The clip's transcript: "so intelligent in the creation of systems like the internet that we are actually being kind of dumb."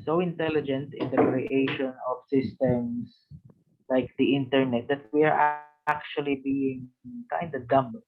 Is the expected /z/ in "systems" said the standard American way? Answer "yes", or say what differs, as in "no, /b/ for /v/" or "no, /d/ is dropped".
no, /s/ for /z/